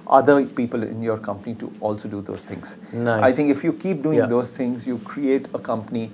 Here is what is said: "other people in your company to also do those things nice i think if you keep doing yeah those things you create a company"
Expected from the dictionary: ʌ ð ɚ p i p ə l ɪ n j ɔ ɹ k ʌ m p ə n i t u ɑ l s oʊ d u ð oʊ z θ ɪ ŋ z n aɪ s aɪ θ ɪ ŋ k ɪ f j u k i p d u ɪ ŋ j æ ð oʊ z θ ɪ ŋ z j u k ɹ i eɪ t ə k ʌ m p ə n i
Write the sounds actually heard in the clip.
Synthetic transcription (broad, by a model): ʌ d ɚ p i p ə l ɪ n j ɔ ɹ k ʌ m p ə n i t u ɑ l s oʊ d u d oʊ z t ɪ ŋ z n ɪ aɪ t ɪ ŋ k ɪ f j u k i p d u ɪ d oʊ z t ɪ ŋ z j u k ɹ i eɪ t ə k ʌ m p ə n i